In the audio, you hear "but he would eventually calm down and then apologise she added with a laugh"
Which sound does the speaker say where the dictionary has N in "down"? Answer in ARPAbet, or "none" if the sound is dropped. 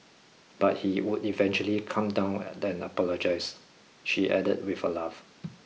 none